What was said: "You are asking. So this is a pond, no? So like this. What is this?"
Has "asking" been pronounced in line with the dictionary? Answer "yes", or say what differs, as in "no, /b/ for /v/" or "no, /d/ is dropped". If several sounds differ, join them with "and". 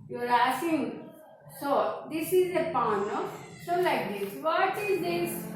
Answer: no, /k/ is dropped